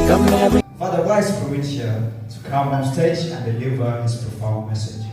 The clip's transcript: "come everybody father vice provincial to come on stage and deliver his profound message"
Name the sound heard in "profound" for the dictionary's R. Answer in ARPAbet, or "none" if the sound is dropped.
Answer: none